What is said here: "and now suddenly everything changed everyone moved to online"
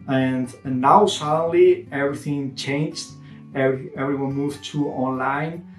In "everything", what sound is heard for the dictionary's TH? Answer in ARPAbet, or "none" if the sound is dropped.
TH